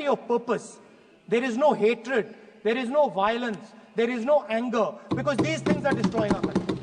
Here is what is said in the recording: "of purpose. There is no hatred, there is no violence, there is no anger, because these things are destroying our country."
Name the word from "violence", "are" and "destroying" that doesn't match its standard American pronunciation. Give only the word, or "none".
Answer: none